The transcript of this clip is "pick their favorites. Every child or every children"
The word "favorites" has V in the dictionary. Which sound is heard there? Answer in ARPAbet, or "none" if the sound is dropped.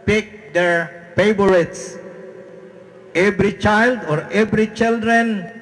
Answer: B